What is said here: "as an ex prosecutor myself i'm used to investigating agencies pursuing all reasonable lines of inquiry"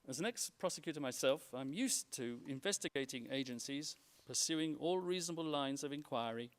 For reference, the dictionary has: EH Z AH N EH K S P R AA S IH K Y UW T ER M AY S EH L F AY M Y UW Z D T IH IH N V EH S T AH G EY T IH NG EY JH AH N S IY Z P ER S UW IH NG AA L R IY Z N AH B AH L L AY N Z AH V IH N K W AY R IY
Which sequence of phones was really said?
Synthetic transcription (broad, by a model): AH Z AH N EH K S P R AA S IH K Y UW T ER M AY S EH L F AY M Y UW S T IH IH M V EH S T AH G EY T IH NG EY JH AH N S IY Z P ER S UW IH NG AA L R IY Z N AH B AH L L AY N Z AH V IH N K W AY R IY